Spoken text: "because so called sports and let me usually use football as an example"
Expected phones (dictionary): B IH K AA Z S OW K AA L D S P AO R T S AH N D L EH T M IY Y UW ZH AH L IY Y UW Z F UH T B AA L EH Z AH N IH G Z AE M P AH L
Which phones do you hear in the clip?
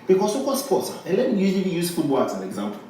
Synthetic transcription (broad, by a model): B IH K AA S OW K AA L D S P AO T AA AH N L EH T M IY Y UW Z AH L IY Y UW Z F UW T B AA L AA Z AH N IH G Z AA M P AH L